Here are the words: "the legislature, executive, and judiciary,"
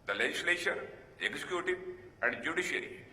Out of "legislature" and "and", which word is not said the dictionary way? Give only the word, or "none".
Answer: legislature